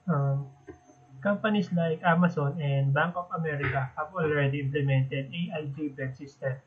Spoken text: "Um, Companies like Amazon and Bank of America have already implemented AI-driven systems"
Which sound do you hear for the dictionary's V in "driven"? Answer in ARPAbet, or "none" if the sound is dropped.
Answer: B